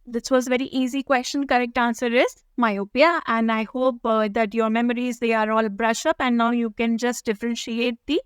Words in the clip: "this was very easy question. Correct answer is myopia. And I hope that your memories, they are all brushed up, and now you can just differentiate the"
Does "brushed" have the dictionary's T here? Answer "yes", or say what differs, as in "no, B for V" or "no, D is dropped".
no, T is dropped